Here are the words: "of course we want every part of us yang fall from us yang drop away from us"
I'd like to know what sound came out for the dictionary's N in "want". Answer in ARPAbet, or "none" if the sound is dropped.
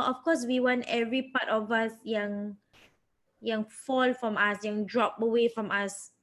N